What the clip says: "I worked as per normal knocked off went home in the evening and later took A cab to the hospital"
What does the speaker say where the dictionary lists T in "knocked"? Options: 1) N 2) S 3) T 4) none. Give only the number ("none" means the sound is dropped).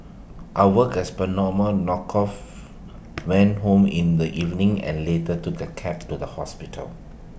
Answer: 4